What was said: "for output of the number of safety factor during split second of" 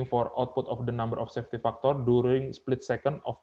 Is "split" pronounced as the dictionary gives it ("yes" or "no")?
yes